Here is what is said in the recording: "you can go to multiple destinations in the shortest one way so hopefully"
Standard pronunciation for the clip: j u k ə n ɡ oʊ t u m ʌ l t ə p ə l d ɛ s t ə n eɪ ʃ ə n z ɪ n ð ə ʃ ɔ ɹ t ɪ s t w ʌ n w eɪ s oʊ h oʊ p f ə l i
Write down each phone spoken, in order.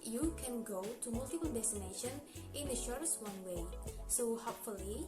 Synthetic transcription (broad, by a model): j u k ə n ɡ oʊ t u m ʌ l t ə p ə l d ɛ s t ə n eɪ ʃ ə n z ɪ n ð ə ʃ ɔ ɹ t ɪ s t w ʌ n w eɪ s oʊ h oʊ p f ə l i